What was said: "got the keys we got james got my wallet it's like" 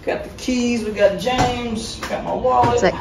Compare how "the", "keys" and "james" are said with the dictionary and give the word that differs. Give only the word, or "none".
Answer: none